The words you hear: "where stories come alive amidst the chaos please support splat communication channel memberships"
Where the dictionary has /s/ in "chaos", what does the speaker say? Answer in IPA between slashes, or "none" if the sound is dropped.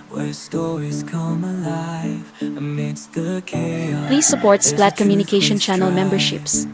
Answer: none